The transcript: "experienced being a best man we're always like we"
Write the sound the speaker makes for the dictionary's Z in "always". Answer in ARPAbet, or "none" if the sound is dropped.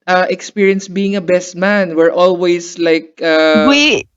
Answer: S